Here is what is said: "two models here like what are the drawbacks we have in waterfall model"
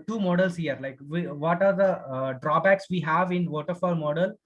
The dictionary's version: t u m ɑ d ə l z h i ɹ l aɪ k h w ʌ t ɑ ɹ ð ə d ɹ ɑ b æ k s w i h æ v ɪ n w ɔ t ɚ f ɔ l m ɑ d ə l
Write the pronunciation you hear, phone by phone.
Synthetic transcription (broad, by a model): t u m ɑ d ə l s h i ɹ l aɪ k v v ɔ t ɑ ɹ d ə d ɹ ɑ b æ k s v i h æ v ɪ n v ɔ t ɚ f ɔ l m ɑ d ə l